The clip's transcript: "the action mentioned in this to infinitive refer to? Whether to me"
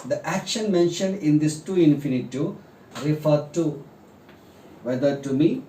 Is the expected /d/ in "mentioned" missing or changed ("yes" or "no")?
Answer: no